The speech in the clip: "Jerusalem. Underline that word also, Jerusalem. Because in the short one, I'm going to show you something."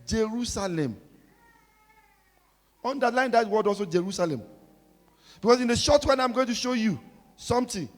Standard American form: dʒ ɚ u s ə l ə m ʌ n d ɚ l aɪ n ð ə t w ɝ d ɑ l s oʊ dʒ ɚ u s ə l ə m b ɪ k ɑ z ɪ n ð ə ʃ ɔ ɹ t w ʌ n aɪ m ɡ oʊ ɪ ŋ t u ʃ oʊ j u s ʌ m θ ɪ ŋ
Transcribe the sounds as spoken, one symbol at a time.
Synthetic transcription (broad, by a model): dʒ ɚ u s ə l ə m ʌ n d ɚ l aɪ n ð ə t w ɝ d ɑ l s oʊ dʒ ɚ u s ə l ə m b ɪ k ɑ s ɪ n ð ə ʃ ɔ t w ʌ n aɪ m ɡ oʊ ɪ ŋ t u ʃ oʊ j u s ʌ m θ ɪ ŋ